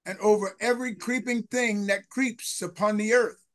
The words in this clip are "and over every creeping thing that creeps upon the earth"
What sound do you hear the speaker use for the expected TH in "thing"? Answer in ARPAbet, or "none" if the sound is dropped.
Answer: TH